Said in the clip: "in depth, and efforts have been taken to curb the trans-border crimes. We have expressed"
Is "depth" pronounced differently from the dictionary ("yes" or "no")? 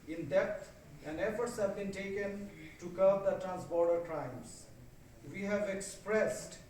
yes